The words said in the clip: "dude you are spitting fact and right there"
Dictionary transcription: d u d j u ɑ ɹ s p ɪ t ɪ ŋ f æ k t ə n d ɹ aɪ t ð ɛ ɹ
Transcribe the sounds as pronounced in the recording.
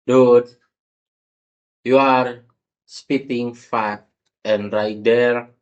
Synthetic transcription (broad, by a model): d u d j u ɑ ɹ s p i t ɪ ŋ f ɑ t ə n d ɹ aɪ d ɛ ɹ